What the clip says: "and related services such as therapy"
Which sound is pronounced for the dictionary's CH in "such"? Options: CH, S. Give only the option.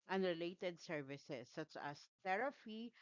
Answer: CH